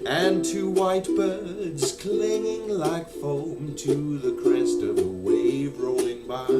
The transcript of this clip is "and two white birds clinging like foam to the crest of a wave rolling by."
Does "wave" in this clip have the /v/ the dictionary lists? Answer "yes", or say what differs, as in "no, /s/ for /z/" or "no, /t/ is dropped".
yes